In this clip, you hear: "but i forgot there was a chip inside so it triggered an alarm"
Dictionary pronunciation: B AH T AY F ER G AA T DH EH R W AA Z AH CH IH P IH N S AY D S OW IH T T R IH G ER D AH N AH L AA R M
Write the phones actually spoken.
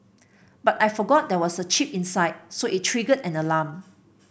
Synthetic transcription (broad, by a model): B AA T AY F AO G AA T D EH W AA S AH CH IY P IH N S AY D S OW IH T T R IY G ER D AH N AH L AA M